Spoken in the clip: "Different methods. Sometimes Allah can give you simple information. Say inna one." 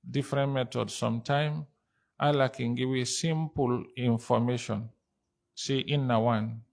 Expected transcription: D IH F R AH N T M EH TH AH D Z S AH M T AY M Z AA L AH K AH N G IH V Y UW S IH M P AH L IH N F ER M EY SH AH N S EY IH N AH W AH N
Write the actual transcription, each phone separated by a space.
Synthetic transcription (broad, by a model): D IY F R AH N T M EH T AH D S S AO M T AY M AA L AH K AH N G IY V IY S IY M P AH L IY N F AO M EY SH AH N S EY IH N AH W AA N